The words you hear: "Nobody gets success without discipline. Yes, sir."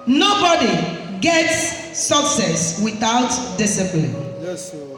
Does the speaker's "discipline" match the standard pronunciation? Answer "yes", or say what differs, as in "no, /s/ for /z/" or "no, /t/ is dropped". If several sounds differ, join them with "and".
no, /b/ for /p/